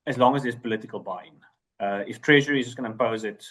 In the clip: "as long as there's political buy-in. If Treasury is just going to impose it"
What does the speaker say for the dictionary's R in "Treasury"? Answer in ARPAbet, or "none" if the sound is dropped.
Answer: R